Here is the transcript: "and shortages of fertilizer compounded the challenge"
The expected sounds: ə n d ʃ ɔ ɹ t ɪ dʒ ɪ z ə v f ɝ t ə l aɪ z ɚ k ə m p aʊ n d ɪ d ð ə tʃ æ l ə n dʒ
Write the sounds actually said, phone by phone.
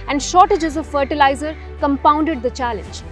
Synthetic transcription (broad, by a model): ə n d ʃ ɔ t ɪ dʒ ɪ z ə f ɝ t ə l aɪ z ɚ k ə m p aʊ n d ɪ d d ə tʃ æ l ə n dʒ